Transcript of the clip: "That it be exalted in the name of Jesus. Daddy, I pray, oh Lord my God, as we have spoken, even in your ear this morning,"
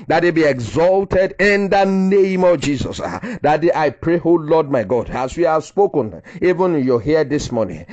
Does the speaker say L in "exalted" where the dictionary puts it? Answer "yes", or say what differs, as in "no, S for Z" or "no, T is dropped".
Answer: yes